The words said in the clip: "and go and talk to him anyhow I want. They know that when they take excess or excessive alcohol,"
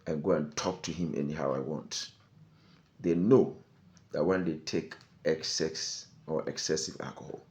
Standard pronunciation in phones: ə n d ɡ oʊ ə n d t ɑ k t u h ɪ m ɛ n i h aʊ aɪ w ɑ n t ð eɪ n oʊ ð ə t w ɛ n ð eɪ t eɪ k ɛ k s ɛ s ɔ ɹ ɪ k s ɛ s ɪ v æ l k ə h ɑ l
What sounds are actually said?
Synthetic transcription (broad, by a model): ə n ɡ oʊ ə n t ɑ k t u h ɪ m ɛ n i h aʊ aɪ w ɑ n t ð eɪ n oʊ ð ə t w ɛ n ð eɪ t eɪ k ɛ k s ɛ s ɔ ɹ ɪ k s ɛ s ɪ v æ l k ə h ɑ l